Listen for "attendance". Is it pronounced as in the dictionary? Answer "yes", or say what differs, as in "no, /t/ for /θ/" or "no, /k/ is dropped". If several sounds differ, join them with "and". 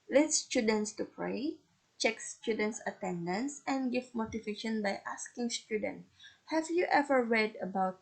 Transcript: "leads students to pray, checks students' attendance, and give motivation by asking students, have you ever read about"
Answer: yes